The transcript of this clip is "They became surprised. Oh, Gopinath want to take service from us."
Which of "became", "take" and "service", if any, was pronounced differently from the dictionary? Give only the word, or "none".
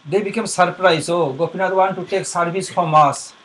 service